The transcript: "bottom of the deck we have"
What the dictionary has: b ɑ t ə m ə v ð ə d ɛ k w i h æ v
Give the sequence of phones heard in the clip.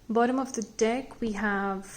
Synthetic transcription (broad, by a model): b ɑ t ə m ə v ð ə d ɛ k w i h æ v